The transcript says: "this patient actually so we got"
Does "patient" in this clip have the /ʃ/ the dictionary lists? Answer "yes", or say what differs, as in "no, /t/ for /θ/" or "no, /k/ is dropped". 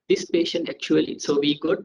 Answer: yes